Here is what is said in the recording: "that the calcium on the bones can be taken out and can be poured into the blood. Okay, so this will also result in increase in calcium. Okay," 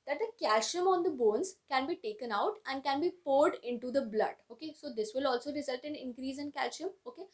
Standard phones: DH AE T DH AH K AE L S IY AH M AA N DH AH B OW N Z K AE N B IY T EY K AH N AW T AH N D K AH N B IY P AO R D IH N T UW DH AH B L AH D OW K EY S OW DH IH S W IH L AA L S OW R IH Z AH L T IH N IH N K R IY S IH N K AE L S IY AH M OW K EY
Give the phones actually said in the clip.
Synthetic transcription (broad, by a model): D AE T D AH K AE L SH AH M AA N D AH B OW N Z K AE N B IY T EY K AH N AW T AH N D K AH N B IY P AO R D IH N T UW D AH B L AH D OW K EY S OW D IH S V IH L AA L S OW R IH Z AH L T IH N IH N K R IY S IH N K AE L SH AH M OW K EY